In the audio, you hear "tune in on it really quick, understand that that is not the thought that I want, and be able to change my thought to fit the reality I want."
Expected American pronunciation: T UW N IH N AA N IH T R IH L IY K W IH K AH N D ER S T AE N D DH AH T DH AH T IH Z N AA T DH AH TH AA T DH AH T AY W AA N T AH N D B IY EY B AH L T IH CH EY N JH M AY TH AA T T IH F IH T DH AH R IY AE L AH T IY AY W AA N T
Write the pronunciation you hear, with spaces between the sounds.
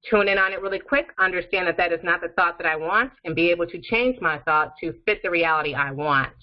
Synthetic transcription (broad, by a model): T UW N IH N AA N IH T R IH L IY K W IH K AH N D ER S T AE N DH AH T DH AH T IH Z N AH T DH AH TH AA T DH AH T AY W AA N T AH N B IY EY B L T IH CH EY N JH M AY TH AA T T IH F IH T DH AH R IY AE L AH T IY AY W AA N T